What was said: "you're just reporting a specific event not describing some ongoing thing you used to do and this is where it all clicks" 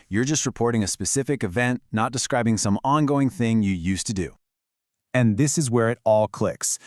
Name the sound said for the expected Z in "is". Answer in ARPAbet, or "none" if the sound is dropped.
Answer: Z